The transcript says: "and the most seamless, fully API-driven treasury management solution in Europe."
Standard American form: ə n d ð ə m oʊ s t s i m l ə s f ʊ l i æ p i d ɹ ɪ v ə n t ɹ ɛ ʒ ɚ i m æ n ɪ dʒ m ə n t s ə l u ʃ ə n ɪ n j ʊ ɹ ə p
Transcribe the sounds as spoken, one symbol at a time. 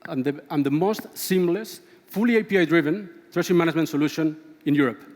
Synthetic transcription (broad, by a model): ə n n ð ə m oʊ s t s i m l ə s f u l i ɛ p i d ɹ ɪ v ə n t ɹ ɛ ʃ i m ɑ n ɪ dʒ m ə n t s ə l u ʃ ə n ɪ n j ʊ ɹ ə p